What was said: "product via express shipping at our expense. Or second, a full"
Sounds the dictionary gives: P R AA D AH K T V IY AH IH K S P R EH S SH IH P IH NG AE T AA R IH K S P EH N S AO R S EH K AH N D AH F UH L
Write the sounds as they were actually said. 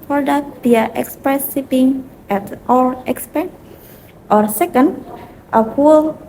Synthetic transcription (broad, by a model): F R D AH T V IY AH IH K S P R EH S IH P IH NG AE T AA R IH K S P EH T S AO R S EH K AH N D AH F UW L